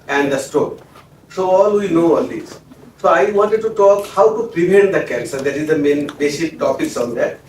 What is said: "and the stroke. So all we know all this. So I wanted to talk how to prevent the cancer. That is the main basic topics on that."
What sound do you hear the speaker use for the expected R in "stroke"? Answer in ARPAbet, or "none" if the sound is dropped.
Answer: none